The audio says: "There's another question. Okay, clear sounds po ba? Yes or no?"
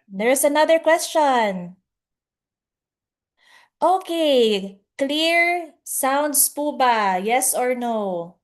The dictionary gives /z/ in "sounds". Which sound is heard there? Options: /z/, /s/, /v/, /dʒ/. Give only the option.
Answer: /s/